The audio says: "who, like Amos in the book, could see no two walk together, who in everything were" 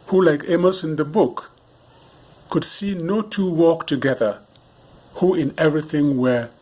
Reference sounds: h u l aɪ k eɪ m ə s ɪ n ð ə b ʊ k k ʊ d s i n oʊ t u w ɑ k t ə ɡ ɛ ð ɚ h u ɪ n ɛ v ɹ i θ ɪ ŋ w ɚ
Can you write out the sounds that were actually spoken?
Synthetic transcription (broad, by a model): h u l aɪ k eɪ m ə s ɪ n ð ə b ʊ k k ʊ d s i n oʊ t u w ɑ k t ə ɡ ɛ ð ɚ h u ɪ n ɛ v ɹ i θ ɪ ŋ w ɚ